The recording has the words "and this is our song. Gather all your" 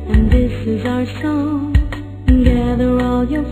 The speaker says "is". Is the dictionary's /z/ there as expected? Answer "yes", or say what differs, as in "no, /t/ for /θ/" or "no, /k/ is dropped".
yes